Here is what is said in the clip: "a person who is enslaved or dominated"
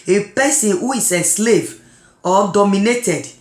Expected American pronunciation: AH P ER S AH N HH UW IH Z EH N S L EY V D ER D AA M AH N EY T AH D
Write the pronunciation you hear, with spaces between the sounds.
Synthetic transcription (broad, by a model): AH P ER S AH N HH UW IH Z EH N S L EY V AO D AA M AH N EY T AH D